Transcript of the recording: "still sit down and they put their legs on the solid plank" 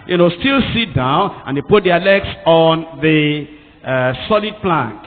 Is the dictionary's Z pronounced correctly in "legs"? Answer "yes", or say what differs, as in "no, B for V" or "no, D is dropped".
no, S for Z